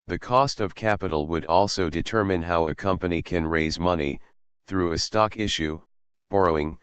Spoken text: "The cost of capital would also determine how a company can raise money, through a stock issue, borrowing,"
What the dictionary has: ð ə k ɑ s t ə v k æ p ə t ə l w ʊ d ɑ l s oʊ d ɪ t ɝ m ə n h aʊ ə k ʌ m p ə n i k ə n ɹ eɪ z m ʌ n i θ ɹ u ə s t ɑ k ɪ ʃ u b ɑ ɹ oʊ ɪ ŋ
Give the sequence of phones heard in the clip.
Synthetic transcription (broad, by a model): ð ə k ɑ s t ə v k æ p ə t l w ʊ d ɑ l s oʊ d ɪ t ɝ m ə n h aʊ ə k ʌ m p ə n i k ə n ɹ eɪ z m ʌ n i θ ɹ u ə s t ɑ k ɪ ʃ u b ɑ ɹ oʊ ɪ ŋ